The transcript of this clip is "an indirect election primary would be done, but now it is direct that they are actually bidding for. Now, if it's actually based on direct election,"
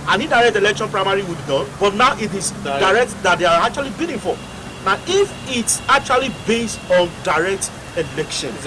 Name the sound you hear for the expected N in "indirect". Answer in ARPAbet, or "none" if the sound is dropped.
none